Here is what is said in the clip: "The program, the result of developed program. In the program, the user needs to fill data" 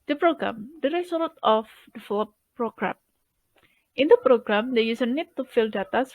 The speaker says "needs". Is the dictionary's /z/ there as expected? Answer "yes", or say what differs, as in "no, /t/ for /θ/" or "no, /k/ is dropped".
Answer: no, /z/ is dropped